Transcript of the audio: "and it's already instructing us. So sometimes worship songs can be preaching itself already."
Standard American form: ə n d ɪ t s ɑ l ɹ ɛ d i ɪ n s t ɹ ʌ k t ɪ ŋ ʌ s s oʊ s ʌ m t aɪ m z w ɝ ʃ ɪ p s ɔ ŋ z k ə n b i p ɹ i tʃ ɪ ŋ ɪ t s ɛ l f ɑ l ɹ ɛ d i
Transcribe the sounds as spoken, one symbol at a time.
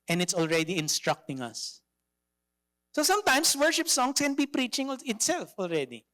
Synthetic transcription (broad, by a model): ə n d ɪ t s ɑ l ɹ ɛ d i ɪ n s t ɹ ʌ k t ɪ ŋ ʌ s s oʊ s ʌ m t aɪ m s w ɝ ʃ ɪ p s ɔ ŋ s k ə n b i p ɹ i tʃ ɪ ŋ ɪ t s ɛ l f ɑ l ɹ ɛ d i